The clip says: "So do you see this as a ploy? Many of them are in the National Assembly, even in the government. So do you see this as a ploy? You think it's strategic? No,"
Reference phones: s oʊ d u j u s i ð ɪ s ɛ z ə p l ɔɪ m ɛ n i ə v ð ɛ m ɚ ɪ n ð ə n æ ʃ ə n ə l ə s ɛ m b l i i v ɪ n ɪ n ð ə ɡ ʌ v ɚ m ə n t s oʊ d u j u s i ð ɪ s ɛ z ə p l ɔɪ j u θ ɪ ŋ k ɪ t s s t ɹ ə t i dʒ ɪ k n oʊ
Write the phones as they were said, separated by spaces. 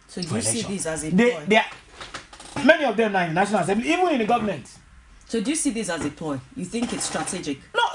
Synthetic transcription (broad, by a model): s oʊ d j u s i ð ɪ s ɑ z ə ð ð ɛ m ɛ n i ə v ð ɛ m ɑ ɪ n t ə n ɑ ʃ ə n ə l ə s ɛ m b l i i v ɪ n ɪ n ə ɡ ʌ v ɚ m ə n t s oʊ d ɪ j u s i ð ɪ s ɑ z ə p ɔɪ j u θ ɪ ŋ k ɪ t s s t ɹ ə t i dʒ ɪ k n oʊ